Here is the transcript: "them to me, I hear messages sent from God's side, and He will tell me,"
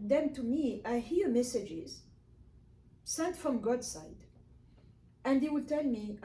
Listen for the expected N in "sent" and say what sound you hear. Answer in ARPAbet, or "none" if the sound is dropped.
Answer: none